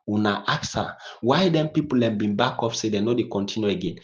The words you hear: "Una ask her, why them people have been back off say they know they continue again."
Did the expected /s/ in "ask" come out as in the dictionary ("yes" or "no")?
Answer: no